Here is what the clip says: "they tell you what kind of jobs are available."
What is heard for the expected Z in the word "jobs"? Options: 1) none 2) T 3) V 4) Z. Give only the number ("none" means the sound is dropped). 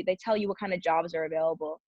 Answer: 4